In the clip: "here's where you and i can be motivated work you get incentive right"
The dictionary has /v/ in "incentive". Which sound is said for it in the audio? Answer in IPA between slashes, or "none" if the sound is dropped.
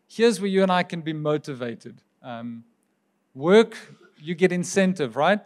/v/